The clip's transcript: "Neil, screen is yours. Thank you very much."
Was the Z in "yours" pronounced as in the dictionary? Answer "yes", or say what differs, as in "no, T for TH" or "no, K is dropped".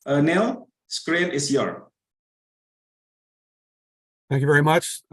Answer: no, Z is dropped